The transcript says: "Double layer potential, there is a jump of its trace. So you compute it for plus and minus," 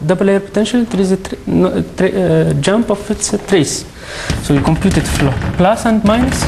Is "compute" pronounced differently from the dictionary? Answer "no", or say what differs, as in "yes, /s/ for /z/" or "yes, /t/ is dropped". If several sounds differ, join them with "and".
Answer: no